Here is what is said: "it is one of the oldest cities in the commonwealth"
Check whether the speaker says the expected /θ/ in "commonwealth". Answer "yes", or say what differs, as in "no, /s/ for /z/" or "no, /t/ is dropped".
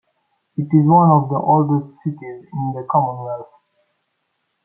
no, /s/ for /θ/